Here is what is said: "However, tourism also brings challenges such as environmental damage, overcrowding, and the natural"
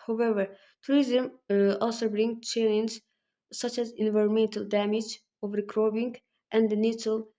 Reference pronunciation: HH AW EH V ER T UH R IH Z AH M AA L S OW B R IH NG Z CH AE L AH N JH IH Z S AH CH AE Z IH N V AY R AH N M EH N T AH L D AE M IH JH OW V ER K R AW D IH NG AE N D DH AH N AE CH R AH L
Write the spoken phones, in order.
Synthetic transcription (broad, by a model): HH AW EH V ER T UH R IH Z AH M AA L S OW B R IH NG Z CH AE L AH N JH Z S AH CH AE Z IH N V AY R AH N M EH N T AH L D AE M IH JH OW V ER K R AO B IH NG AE N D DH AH N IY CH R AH L